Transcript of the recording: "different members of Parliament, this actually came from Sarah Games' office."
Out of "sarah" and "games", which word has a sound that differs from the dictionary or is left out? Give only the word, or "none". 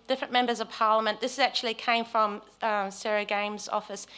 none